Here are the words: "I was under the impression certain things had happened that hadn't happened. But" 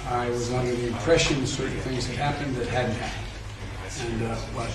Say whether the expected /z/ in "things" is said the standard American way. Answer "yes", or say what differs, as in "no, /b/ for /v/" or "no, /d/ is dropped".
yes